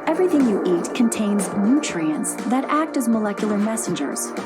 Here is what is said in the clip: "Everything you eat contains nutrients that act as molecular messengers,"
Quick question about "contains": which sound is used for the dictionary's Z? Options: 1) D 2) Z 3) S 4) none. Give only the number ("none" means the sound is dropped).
2